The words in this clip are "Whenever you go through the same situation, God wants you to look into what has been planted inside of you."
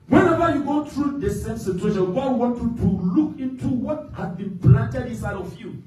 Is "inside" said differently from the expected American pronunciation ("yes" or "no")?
yes